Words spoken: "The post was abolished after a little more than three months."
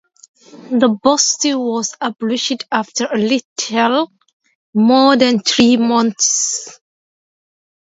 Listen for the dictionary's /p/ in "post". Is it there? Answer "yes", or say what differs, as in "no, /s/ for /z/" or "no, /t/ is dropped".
no, /b/ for /p/